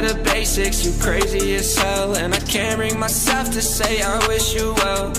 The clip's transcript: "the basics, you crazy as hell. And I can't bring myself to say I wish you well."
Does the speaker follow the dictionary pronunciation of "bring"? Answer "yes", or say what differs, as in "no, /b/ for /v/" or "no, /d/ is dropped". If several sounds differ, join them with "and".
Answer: yes